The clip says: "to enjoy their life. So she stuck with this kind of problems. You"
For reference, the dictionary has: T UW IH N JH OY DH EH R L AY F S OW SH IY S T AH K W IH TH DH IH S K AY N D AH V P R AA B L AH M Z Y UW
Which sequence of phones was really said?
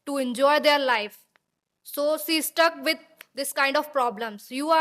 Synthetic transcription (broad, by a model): T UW IH N JH OY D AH R L AY F S OW S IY S T AH K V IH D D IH S K AY N D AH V P R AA B L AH M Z Y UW